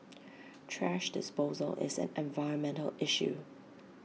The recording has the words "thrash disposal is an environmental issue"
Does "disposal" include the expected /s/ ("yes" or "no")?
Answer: yes